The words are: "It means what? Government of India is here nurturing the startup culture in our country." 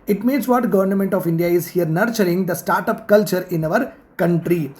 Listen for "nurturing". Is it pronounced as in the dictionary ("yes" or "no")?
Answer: yes